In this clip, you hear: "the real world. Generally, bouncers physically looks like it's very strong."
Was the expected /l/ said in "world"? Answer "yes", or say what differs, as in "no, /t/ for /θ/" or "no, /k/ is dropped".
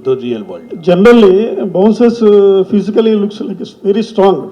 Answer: no, /l/ is dropped